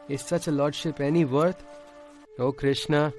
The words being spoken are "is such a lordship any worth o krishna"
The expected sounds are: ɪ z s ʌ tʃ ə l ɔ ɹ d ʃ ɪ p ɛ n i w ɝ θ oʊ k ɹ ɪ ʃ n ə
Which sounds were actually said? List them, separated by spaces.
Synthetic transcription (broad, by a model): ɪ s ʌ tʃ l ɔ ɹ d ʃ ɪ p ɛ n i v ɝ t oʊ k ɹ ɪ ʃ n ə